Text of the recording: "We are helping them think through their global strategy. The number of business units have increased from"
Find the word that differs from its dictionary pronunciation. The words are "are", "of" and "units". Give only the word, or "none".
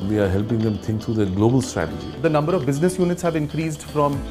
none